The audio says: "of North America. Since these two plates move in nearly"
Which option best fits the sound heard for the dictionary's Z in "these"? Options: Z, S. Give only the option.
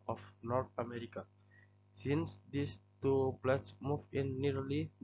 S